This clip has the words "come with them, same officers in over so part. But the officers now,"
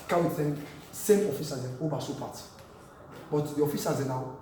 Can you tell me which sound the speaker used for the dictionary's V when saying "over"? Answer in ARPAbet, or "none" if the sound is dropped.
B